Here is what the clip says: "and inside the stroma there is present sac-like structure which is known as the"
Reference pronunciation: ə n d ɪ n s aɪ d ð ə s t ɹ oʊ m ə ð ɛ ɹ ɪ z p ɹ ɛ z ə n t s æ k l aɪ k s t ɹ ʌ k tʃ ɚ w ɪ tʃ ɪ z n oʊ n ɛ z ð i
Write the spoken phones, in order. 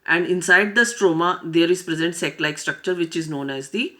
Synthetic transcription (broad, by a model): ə n d ɪ n s aɪ d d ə s t ɹ oʊ m ə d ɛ ɹ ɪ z p ɹ ɛ z ə n t s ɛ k l aɪ k s t ɹ ʌ k tʃ ɚ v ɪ tʃ ɪ z n oʊ n ɛ z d i